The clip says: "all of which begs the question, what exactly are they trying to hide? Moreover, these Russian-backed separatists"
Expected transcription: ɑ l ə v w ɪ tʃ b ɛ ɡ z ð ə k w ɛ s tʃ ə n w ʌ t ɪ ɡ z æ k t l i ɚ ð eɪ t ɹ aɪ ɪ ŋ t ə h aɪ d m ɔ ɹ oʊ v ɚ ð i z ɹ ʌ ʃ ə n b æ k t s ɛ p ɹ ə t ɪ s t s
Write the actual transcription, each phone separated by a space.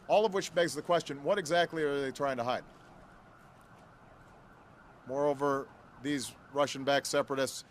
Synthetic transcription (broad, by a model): ɑ l ə v w ɪ tʃ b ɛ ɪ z ð ə k w ɛ s tʃ ə n w ʌ t ɪ ɡ z æ k t l i ɚ ð eɪ t ɹ aɪ ɪ ŋ t ə h aɪ d m ɔ ɹ oʊ v ɚ ð i z ɹ ʌ ʃ ə n b æ k s ɛ p ɹ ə t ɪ s t s